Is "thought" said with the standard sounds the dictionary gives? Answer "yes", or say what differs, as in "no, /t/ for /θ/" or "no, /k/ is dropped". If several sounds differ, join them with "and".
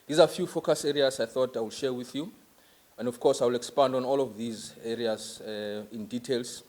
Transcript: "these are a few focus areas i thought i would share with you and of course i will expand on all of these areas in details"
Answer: yes